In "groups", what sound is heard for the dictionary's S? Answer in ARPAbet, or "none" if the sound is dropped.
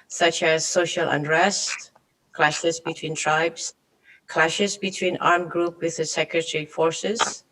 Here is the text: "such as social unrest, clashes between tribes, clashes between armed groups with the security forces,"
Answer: none